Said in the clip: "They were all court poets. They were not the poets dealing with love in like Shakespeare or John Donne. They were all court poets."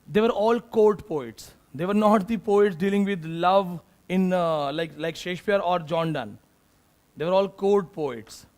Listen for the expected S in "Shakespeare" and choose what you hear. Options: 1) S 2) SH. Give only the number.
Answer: 2